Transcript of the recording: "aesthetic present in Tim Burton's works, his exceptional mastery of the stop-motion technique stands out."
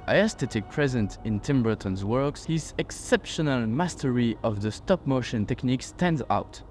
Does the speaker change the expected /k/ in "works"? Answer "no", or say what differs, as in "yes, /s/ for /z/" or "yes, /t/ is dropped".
no